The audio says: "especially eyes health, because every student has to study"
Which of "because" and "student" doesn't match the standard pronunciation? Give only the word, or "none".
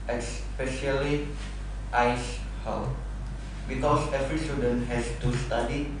because